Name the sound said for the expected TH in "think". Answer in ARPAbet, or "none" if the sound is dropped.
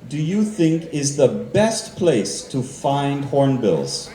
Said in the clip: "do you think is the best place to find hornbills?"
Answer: TH